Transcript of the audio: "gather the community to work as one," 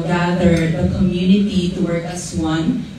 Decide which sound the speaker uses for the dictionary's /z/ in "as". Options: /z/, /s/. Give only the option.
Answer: /s/